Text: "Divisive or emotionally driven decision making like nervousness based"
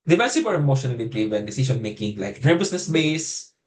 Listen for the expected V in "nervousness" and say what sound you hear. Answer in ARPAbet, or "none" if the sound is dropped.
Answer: B